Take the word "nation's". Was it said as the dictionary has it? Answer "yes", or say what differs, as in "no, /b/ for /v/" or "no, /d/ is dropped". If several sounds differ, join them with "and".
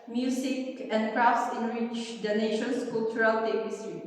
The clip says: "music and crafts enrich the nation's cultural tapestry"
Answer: no, /s/ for /z/